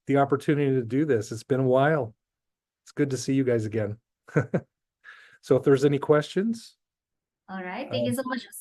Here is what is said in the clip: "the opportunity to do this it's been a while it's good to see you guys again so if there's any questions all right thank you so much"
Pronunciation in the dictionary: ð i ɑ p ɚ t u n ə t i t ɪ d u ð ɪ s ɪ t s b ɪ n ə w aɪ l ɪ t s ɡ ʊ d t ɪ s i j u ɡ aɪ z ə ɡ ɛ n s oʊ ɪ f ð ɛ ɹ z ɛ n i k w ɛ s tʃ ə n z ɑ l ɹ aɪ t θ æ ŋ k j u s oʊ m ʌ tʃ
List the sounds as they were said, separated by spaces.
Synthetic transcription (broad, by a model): ð i ɑ p ɚ t u n ə t i t ɪ d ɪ ð ɪ s ɪ t s b ɪ n ə w aɪ l ɪ t s ɡ ʊ d t ɪ s i j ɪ ɡ aɪ z ə ɡ ɛ n s oʊ ɪ f ð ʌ ɹ z ɛ n i k w ɛ s tʃ ə n z ɑ l ɹ aɪ t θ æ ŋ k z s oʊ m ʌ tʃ